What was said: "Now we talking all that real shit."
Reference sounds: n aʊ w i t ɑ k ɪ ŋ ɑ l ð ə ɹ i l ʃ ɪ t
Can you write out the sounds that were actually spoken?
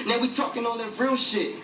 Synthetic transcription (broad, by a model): n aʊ w i t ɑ k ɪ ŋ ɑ n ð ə ɹ i l ʃ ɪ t